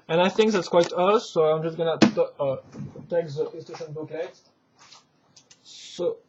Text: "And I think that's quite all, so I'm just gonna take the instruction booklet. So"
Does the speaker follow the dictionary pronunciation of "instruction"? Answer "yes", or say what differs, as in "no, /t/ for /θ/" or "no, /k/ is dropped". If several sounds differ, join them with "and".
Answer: no, /ɹ/ is dropped and /k/ is dropped